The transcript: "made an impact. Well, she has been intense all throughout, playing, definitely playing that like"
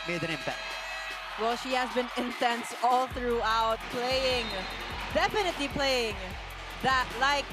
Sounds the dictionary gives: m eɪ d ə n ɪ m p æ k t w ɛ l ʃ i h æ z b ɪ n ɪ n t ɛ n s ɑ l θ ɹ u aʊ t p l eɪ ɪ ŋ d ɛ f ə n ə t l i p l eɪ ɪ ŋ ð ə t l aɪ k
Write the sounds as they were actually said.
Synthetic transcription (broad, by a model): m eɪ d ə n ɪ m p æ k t w ɛ l ʃ i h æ z b ɪ n ɪ n t ɛ n s ɑ l θ ɹ u aʊ t p l eɪ ɪ ŋ d ɛ f ə n ə t l i p l eɪ ɪ ŋ ð ə t l aɪ k